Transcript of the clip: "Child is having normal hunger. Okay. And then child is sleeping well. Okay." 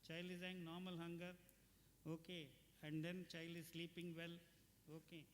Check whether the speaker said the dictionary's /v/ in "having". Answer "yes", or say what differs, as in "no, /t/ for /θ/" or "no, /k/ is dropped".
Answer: no, /v/ is dropped